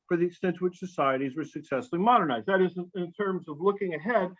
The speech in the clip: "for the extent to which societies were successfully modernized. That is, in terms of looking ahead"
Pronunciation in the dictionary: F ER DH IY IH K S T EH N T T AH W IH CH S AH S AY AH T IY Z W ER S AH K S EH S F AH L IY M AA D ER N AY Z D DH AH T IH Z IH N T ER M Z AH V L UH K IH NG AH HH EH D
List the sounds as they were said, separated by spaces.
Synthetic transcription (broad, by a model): F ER DH IY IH K S T EH N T T AH W IH CH S AH S AY AH T IY Z W ER S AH K S EH S F L IY M AA D ER N AY Z D DH AH T IH Z IH N T ER M Z AH V L UH K IH NG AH HH EH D